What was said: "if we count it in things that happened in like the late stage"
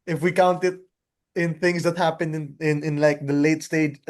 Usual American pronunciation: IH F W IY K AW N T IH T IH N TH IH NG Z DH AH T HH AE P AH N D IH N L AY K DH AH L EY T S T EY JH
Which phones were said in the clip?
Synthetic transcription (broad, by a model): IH F W IY K AW N T IH T IH N TH IH NG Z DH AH T HH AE P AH N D IH N L AY K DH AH L EY T S T EY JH